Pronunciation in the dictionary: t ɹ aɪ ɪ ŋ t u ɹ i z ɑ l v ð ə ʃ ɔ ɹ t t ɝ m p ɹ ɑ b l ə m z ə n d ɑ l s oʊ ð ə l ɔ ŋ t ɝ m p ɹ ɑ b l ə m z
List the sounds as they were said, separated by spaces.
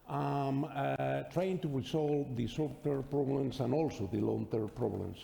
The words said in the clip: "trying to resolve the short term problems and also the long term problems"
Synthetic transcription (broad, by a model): t ɹ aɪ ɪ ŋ t u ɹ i s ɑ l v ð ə s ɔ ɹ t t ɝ p ɹ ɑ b l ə m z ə n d ɑ l s oʊ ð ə l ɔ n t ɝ p ɹ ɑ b l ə m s